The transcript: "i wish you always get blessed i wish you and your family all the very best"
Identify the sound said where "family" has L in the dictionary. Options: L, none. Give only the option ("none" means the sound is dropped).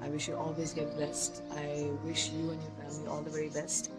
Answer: none